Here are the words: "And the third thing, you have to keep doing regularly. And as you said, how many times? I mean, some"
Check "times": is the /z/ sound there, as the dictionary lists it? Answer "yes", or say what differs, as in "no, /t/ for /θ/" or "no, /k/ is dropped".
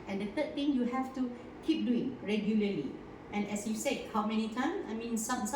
no, /z/ is dropped